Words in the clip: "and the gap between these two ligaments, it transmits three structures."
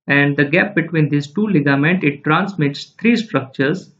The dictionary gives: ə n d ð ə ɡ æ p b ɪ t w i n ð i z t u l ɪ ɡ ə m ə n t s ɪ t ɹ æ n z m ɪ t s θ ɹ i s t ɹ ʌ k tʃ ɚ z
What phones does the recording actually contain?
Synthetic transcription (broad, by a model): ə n d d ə ɡ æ p b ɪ t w i n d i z t u l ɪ ɡ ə m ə n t ɪ t ɹ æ n s m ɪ t s t ɹ i s t ɹ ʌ k tʃ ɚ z